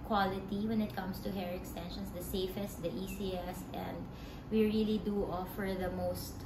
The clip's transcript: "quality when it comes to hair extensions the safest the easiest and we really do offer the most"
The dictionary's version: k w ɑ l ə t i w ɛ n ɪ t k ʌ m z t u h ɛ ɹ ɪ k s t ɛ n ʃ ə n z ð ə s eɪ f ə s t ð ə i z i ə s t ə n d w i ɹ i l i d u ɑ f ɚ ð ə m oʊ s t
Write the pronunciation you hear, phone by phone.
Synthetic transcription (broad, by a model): k w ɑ l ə t i w ɛ n ɪ t k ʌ m s t u h ɛ ɹ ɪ k s t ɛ n ʃ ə n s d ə s eɪ f ə s t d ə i s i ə s ə n d w i ɹ i l i d u ɑ f ɚ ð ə m oʊ s t